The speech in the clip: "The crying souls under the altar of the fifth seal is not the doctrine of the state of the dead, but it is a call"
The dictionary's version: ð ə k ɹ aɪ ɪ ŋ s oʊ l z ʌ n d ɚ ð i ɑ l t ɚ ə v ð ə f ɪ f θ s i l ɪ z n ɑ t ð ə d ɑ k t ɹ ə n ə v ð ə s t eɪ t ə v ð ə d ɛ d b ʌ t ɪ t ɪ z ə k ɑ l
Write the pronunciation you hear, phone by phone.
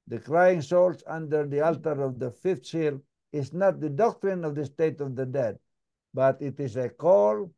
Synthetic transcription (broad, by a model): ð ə k ɹ aɪ ɪ ŋ s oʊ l s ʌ n d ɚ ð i ɑ l t ɚ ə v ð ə f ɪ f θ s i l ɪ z n ɑ t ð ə d ɑ k t ɹ ə n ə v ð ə s t eɪ t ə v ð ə d ɛ d b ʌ t ɪ t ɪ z ə k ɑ l